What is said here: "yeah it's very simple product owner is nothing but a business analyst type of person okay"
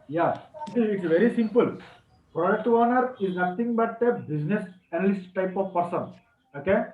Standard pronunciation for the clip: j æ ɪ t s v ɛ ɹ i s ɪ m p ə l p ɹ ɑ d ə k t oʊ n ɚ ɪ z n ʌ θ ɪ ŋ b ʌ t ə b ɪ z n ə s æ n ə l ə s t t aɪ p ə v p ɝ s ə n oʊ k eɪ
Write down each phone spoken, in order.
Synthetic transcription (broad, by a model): j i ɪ t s v ɛ ɹ i s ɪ m p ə l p ɹ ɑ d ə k t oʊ n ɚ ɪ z n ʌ t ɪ ŋ b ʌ t ə b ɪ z n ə s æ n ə l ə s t t aɪ p ə v p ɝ s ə n oʊ k eɪ